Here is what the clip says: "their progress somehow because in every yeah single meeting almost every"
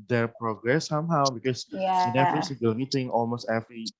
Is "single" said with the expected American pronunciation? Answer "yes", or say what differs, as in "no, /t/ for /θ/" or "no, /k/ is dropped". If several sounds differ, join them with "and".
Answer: no, /ŋ/ is dropped